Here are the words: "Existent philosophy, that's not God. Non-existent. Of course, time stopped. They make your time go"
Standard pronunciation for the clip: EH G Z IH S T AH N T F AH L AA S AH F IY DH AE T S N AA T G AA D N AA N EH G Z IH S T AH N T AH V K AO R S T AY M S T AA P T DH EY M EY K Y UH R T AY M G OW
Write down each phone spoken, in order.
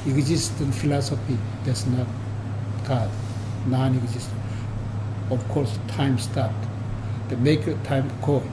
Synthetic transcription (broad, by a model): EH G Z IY S T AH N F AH L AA S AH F IY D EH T S N AA T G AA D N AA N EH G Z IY S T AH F K AO R S T AY M S T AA T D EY M EY K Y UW T AY M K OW